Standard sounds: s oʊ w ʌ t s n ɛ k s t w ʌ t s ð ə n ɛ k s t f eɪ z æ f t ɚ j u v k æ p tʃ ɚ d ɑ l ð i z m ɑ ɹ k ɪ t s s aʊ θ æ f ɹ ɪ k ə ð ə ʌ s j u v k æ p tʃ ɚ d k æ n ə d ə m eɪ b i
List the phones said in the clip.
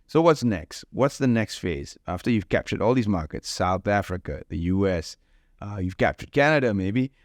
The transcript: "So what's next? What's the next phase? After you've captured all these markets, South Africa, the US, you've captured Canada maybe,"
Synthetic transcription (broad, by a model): s oʊ w ʌ t s n ɛ k s t w ʌ t s ð ə n ɛ k s t f eɪ z æ f t ɚ j u v k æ p tʃ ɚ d ɑ l ð i z m ɑ ɹ k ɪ t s s aʊ θ æ f ɹ ɪ k ə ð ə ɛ s j u v k æ p tʃ ɚ d k æ n ə d ə m eɪ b i